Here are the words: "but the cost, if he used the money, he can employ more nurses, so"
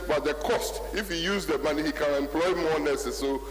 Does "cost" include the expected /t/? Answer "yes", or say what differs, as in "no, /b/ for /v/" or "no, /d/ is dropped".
yes